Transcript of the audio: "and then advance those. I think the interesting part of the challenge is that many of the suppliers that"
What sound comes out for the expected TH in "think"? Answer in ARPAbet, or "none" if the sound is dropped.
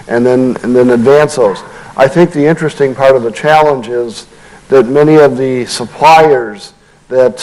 TH